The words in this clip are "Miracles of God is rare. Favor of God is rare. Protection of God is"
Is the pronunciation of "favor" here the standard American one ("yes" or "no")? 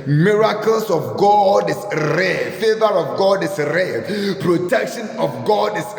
yes